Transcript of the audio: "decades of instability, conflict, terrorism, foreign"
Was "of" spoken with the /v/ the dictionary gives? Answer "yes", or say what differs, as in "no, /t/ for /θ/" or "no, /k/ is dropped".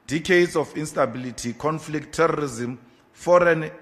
no, /f/ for /v/